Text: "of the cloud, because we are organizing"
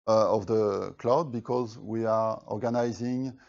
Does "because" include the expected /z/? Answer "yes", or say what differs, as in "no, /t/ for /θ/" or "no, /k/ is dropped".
yes